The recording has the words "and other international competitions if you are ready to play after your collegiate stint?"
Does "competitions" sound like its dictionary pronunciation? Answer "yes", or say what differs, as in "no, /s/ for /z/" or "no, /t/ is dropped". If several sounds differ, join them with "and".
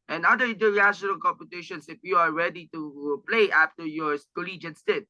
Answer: no, /s/ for /z/